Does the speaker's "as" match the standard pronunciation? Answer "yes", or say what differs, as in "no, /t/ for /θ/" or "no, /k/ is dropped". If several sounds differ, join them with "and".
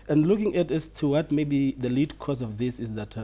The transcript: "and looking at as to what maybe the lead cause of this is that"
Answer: no, /s/ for /z/